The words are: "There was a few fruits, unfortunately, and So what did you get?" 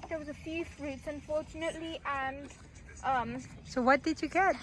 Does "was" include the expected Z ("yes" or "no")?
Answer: yes